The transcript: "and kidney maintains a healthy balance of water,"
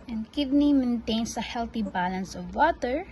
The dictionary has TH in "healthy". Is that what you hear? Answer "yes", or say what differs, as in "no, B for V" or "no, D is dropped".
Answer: no, T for TH